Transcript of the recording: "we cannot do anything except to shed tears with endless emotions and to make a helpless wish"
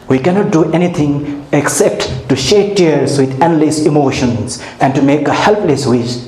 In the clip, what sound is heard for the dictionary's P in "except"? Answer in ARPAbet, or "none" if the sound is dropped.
P